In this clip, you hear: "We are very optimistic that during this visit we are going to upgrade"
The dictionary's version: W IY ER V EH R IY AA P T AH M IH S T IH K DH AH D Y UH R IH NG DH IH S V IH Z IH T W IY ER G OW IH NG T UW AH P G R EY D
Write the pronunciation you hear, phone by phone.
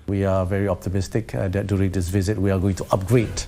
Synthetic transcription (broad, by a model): W IY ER V EH R IY AA P T AH M IH S T IH K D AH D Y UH R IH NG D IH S V IH Z IH T W IY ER G OW IH NG T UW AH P G R EY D